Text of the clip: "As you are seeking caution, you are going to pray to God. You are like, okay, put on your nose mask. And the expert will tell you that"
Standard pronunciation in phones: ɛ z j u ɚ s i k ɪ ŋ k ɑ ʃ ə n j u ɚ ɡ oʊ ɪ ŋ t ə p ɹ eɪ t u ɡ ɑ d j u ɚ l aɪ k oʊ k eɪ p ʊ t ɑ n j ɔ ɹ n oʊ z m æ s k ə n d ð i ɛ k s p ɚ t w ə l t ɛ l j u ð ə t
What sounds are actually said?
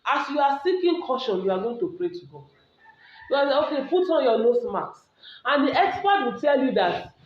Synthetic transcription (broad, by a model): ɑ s j u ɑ s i k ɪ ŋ k ɑ ʃ ə n j u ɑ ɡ oʊ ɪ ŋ t ə p ɹ eɪ t u ɡ ɑ d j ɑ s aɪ oʊ k eɪ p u t ɑ n j ɔ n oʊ s m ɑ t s ə n d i ɛ k s p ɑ t w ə t ɛ l j u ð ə t